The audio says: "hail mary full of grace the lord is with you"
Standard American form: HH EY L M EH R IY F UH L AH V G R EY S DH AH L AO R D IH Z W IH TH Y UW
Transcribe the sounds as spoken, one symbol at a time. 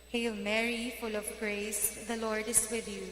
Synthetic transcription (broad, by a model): HH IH L M EH R IY F UH L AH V G R EY S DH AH L AO R D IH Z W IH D Y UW